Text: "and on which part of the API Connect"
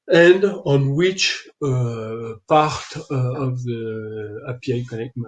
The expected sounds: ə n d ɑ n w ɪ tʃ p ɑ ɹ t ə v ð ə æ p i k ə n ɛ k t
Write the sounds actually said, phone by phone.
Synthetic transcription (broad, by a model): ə n d ɑ n w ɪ tʃ p ɑ ɹ t ə v ð ə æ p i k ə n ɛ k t